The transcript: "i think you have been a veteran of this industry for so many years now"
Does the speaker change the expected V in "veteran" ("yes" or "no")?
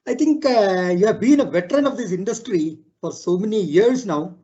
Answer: no